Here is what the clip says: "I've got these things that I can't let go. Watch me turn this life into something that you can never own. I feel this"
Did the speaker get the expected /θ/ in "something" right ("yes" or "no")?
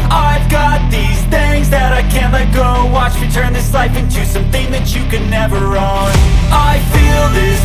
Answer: yes